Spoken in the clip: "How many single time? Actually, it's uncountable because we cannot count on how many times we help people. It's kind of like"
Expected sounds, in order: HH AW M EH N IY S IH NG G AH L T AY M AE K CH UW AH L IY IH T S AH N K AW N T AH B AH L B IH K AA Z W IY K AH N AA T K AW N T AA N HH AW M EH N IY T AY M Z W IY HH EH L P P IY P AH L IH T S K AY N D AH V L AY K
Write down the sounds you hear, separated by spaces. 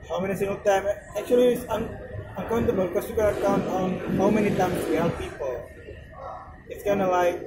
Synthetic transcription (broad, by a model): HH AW M EH N IY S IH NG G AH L T AY M AE K CH UW AH L IY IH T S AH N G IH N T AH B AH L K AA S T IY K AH L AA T K AW N T AA N HH AW M EH N IY T AY M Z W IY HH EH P P IY P AH L IH T S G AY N AH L AY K